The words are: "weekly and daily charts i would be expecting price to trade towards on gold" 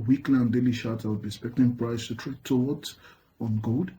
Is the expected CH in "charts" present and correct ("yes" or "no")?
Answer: no